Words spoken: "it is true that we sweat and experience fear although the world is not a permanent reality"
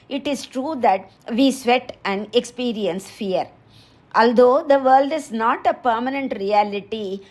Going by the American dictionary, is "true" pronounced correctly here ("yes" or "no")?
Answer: yes